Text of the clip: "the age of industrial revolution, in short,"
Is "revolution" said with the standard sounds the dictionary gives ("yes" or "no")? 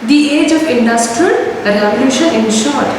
no